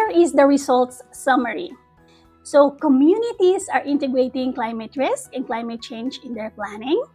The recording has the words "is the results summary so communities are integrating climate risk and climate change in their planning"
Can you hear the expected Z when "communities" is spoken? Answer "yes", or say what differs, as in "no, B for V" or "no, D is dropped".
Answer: no, S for Z